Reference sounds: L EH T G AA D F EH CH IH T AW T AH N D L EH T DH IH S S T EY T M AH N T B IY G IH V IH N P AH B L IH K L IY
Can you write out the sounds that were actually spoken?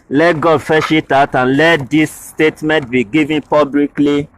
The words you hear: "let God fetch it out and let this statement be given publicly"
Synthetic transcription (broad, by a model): L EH T G AA D F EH SH IH T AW T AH N L EH T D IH S S T EY T M AH N T B IY G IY V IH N P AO B L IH K L IY